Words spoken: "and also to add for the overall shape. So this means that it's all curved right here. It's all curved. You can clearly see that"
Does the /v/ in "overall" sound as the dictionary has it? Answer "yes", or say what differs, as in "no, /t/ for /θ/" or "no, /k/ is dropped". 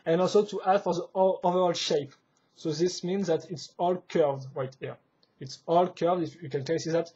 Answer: yes